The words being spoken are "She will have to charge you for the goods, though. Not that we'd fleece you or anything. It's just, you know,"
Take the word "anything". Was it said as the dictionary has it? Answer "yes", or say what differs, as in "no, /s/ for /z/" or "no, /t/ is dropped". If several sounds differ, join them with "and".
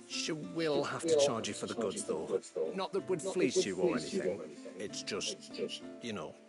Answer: yes